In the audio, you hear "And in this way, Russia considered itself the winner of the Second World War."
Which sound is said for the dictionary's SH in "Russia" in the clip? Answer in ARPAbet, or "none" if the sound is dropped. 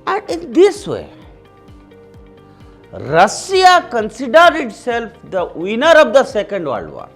S